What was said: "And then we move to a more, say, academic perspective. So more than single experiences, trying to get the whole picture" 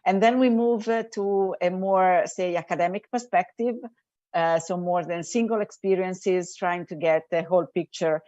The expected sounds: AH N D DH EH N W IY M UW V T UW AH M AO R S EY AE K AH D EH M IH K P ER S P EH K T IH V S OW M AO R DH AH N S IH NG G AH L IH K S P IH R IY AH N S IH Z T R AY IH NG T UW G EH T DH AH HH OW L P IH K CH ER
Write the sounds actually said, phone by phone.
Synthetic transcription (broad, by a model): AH N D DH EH N W IY M UW V T UW AH M AO R S EY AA K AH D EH M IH K P ER S P EH K T IH V S OW M AO R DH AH N S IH NG G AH L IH K S P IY R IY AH N S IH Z T R AY IH NG T UW G EH T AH HH OW L P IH K CH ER